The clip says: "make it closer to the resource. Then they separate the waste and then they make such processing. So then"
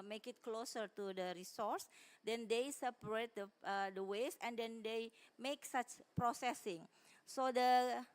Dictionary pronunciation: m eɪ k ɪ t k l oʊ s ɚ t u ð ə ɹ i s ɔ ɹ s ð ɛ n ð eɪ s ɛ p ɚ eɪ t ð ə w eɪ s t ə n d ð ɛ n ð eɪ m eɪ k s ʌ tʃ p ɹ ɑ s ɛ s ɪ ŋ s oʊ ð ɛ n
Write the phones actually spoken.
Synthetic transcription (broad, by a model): m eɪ k ɪ t k l oʊ s ɚ t u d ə ɹ i s ɔ ɹ s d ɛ n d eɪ s ɛ p ɚ eɪ t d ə w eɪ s ə n d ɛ n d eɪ m eɪ k s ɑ tʃ p ɹ ɑ s ɛ s ɪ ŋ s oʊ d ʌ